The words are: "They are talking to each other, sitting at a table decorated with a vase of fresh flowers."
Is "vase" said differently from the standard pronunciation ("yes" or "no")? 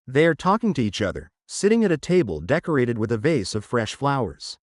no